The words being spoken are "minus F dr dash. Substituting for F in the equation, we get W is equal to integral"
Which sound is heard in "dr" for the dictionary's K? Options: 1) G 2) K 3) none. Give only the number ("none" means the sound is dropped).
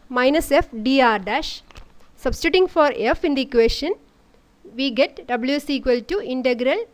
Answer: 3